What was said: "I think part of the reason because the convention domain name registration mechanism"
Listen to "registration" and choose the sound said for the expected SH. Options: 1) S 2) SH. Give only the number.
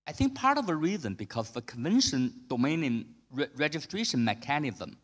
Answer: 2